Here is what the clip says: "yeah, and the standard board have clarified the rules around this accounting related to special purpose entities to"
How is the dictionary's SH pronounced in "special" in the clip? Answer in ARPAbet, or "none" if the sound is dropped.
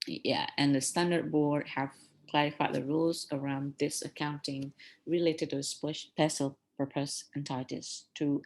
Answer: S